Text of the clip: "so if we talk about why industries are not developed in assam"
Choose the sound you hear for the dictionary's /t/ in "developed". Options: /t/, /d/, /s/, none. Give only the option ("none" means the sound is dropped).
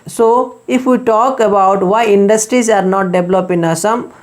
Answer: none